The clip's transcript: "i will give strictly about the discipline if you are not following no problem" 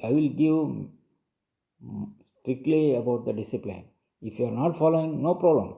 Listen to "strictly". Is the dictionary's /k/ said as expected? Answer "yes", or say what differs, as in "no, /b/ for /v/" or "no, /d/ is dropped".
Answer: yes